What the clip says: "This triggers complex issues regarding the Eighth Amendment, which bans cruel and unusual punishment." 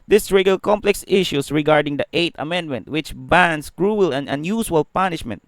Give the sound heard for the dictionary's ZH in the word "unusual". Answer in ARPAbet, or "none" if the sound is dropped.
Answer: S